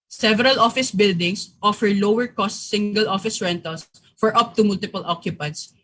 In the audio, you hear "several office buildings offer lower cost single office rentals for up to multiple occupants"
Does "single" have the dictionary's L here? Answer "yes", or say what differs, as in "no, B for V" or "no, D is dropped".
yes